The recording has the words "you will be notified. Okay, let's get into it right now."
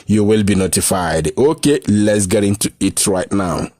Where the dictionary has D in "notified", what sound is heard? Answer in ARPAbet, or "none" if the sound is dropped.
D